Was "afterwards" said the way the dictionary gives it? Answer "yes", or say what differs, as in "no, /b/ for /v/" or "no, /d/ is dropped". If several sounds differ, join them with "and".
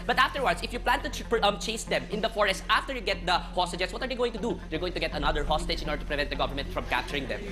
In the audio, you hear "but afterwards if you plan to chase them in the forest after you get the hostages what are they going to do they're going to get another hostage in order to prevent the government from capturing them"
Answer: no, /s/ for /z/